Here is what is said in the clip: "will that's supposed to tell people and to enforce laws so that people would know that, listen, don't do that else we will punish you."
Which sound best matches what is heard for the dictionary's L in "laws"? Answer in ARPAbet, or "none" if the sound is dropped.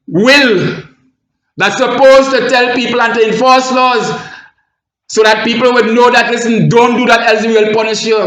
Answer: L